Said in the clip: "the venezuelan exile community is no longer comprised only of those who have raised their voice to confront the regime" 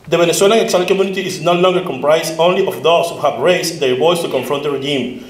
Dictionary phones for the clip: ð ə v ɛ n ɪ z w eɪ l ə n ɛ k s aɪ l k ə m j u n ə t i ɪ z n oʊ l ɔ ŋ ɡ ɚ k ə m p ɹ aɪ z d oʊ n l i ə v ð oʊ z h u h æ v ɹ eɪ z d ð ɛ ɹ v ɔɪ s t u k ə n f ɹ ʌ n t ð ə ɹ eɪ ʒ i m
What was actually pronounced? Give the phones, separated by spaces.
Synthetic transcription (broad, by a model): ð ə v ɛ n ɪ s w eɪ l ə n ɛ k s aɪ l k ə m j u n ə t i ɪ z n oʊ l ɔ ŋ ɡ ɚ k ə m p ɹ aɪ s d oʊ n l i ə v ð oʊ s h u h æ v ɹ eɪ s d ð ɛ ɹ b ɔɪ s t u k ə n f ɹ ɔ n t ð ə ɹ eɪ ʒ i m